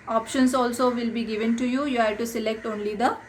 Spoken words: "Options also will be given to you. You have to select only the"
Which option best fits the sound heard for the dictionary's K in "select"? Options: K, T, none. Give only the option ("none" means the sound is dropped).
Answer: K